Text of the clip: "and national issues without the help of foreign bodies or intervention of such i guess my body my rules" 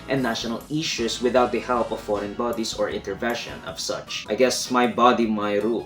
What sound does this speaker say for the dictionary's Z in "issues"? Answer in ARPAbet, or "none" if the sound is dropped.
S